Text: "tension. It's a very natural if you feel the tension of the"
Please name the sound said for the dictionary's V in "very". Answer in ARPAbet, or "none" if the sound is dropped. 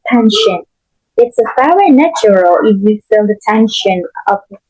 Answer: F